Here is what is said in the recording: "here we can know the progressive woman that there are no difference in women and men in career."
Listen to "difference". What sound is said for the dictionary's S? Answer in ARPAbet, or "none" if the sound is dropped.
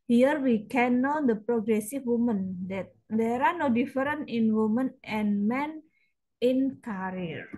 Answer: none